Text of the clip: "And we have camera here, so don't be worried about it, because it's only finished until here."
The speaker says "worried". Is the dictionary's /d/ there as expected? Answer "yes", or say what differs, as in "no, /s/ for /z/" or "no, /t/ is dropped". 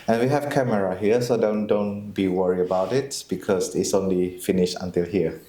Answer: no, /d/ is dropped